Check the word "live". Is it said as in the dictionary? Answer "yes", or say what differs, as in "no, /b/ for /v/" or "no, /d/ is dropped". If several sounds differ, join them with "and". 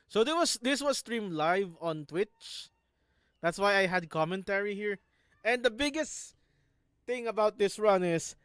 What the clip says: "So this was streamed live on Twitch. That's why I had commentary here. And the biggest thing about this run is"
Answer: yes